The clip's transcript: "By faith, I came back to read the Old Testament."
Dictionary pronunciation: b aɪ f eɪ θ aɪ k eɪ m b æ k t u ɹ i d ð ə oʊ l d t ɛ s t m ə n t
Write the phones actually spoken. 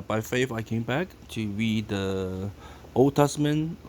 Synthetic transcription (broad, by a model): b aɪ f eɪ f aɪ k eɪ m b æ k t u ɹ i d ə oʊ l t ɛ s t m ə n